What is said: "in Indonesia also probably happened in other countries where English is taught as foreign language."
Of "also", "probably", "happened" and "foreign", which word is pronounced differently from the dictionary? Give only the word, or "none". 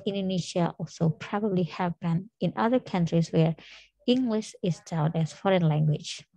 happened